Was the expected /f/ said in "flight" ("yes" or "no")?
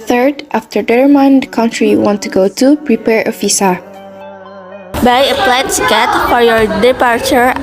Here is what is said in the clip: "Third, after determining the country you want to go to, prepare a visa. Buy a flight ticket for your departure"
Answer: no